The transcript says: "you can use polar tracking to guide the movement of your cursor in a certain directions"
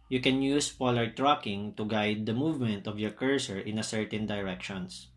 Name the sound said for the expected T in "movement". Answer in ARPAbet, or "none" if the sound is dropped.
T